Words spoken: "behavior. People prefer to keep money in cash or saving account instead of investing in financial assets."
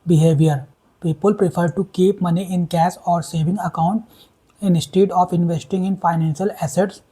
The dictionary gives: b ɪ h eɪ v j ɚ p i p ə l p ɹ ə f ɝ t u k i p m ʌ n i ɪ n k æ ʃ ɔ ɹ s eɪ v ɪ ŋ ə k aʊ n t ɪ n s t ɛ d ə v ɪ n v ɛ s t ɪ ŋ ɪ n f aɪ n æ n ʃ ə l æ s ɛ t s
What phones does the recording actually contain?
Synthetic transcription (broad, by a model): b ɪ h eɪ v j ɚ p i p ə l p ɹ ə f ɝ t u k i p m ʌ n i ɪ n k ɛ s ɔ ɹ s eɪ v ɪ ŋ ə k aʊ n t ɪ n s t ɛ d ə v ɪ n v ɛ s t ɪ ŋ ɪ n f aɪ n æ n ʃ ə l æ s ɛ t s